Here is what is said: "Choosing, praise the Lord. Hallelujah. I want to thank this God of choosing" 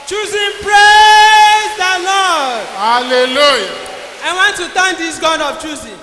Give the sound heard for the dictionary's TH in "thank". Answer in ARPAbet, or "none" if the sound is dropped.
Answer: T